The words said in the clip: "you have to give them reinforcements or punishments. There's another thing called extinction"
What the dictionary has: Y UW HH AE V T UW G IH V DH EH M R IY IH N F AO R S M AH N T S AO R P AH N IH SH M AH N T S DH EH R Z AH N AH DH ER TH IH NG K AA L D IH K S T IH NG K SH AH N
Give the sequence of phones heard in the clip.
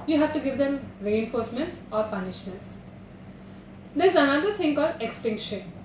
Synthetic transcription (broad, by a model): Y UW HH AE V T UW G IH V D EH M R IY IH N F AO R S M AH N T S AO R P AH N IH SH M AH N T S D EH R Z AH N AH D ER T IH NG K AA D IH K S T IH NG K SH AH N